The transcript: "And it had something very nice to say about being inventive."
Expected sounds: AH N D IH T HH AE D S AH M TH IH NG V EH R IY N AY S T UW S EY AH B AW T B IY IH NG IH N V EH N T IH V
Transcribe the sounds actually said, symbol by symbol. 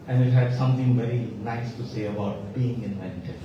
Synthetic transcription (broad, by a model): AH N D IH T HH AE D S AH M T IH NG V EH R IY N AY S T UW S EY AH B AW T B IY IH NG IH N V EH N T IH